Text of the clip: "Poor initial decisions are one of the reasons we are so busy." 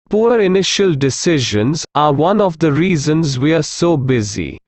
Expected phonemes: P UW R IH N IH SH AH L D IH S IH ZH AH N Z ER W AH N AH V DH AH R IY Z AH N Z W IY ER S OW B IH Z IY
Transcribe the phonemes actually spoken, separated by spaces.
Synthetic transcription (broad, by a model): P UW R IH N IH SH AH L D IH S IH ZH AH N Z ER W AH N AH V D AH R IY Z AH N Z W IY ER S OW B IH Z IY